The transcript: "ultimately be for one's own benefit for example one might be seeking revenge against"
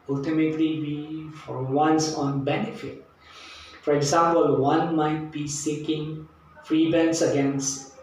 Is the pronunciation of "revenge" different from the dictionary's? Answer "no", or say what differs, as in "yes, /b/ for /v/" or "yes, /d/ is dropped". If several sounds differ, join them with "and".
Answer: yes, /b/ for /v/